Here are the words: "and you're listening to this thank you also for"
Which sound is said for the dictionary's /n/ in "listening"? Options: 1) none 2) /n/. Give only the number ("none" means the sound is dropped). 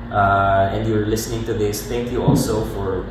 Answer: 2